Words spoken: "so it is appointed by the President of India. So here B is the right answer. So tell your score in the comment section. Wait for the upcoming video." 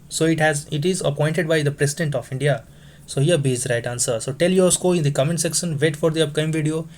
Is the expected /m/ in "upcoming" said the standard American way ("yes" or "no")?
no